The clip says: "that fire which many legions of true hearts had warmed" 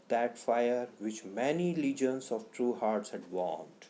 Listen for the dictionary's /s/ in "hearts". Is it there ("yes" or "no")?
yes